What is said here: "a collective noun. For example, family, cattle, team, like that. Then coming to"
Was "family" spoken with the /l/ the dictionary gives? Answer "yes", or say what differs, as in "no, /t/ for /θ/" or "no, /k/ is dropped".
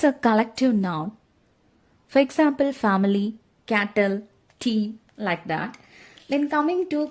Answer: yes